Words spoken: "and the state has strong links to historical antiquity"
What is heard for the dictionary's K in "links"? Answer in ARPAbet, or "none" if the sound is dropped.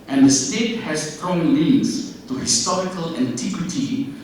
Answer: none